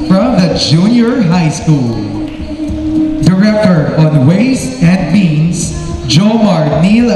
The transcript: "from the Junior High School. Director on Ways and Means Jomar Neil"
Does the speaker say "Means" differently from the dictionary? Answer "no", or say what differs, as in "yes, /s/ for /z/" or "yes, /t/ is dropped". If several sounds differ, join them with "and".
yes, /s/ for /z/